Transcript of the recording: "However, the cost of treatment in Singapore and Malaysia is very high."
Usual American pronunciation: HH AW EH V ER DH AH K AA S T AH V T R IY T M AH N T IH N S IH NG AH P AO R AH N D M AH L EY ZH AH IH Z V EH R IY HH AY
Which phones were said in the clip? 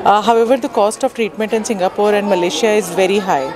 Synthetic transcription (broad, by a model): HH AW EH V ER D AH K AA S T AH V T R IY T M AH N T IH N S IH NG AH P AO R AH N D M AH L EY SH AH IH Z V EH R IY HH AY